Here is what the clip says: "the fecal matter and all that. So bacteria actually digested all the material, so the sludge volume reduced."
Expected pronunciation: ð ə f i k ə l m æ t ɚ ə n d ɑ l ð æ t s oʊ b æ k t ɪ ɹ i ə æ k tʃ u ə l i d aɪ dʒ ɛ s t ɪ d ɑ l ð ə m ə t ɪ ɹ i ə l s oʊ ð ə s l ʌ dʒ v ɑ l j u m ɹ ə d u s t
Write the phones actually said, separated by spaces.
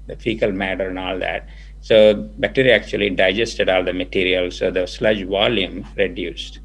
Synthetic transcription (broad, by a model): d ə f i k ə l m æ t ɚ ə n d ɑ l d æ t s oʊ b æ t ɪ ɹ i æ k tʃ u ə l i d aɪ dʒ ɛ s t ɪ d ɑ l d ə m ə t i ɹ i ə l s oʊ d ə s l ʌ dʒ v ɑ l j u m ɹ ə d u s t